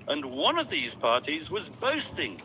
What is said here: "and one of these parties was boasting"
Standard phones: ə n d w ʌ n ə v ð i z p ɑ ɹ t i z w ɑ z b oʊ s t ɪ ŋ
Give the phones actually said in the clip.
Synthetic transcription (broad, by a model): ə n w ʌ n ə v ð i z p ɑ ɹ t i z w ɑ z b oʊ s t ɪ ŋ